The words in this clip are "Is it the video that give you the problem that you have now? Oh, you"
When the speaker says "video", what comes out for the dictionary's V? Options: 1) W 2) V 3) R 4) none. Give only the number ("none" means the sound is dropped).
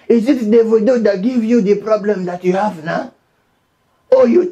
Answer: 1